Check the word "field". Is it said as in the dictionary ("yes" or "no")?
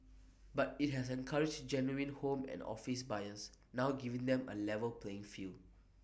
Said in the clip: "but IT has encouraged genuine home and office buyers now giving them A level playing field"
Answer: no